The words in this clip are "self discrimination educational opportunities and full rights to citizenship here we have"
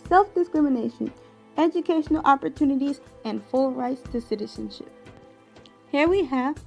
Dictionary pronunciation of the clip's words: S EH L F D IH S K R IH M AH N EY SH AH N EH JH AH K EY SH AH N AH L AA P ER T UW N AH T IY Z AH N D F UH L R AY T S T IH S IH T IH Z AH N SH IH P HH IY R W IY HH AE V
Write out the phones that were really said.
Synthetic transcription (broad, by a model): S EH L F D IH S K R IH M AH N EY SH AH N EH JH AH K EY SH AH N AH L AA P ER T UW N AH T IY Z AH N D F UH L R AY T S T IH S IH T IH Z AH N SH IH P HH IY R W IY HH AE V